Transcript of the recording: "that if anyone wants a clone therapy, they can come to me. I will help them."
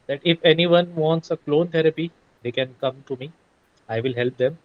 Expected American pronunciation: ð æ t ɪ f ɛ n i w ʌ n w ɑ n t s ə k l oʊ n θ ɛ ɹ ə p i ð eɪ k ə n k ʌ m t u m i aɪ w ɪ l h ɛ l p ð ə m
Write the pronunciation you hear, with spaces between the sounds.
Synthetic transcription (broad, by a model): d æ t ɪ f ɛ n i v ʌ n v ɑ n t s ə k l oʊ n t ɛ ɹ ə p i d eɪ k ə n k ʌ m t u m i aɪ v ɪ l h ɛ l p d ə m